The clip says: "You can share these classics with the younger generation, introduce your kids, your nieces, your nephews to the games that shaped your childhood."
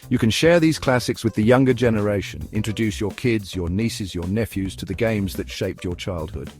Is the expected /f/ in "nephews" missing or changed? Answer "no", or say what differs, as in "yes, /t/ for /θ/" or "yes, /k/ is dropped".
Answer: no